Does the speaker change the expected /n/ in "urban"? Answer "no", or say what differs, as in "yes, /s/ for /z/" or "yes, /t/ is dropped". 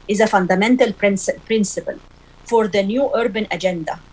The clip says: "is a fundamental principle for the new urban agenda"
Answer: no